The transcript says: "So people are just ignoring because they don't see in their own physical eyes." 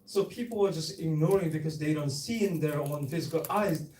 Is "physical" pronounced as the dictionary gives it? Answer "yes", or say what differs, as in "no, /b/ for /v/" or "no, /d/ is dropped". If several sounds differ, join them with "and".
yes